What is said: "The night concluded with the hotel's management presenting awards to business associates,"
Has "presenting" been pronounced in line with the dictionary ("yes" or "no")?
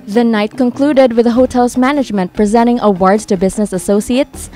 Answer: no